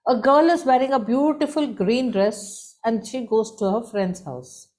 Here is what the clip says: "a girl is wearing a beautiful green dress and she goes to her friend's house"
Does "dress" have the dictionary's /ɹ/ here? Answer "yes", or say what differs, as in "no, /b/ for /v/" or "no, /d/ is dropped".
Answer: yes